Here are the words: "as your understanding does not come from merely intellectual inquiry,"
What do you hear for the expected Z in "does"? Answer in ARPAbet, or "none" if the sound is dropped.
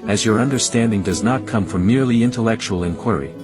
Z